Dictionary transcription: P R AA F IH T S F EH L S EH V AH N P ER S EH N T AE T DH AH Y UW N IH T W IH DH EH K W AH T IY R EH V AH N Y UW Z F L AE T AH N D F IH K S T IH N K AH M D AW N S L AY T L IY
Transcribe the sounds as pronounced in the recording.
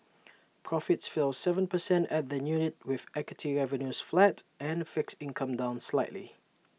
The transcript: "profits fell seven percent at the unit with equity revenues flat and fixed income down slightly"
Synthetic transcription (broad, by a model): P R AA F IH T S F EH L S EH V AH N P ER S EH N T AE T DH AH Y UW N IH T W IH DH EH K W AH T IY R EH V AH N Y UW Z F L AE T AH N F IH K S IH N K AH M D AW N S L AY T L IY